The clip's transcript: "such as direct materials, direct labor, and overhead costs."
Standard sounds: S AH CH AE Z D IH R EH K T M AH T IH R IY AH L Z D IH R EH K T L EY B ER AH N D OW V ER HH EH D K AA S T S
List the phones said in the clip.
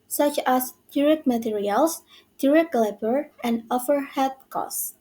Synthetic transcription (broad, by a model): S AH CH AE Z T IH R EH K M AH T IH R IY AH L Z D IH R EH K L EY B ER AH N D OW F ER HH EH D K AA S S